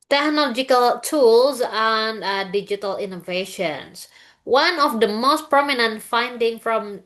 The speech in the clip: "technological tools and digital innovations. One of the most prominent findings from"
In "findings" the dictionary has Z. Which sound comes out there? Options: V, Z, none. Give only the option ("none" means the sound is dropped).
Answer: none